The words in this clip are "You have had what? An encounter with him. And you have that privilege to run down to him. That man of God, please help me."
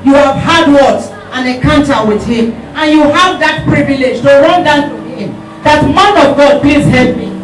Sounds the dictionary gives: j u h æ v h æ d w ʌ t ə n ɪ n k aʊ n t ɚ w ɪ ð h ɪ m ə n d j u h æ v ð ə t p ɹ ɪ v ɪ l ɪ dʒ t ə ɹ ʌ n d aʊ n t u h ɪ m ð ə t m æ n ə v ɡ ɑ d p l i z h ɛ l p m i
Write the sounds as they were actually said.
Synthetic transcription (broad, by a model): j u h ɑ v h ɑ d w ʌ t ə n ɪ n k aʊ n t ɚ w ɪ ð h ɪ m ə n j u h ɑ v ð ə t p ɹ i v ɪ l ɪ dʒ t ə ɹ ʌ n d aʊ n t u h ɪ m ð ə t m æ n ə v ɡ ɑ d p l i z h ɛ l p m i